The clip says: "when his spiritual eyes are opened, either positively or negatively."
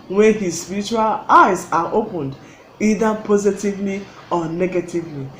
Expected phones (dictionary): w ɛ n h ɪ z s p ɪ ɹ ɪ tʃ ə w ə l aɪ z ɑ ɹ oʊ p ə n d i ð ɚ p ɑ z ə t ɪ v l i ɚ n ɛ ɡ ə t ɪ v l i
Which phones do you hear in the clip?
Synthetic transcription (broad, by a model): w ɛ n h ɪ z s p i ɹ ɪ tʃ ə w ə l aɪ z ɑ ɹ oʊ p ə n d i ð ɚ p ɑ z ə t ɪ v l i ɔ n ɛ ɡ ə t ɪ v l i